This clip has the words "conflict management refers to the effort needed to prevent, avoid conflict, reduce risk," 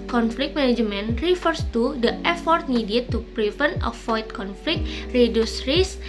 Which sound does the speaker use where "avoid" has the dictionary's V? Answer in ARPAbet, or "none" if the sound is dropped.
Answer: F